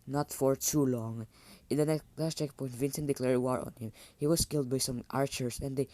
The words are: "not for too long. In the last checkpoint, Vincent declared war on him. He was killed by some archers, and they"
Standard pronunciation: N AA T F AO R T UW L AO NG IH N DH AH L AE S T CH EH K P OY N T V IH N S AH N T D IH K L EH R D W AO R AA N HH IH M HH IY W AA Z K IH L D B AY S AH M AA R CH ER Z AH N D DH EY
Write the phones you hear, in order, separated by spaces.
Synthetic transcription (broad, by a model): N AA T F AO R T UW L AO NG IH N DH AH N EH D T CH EH K P OY N T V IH N S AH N D IH K L EH R D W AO R AA N HH IH M HH IY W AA S K IH L D B AY S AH M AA R CH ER S AH N D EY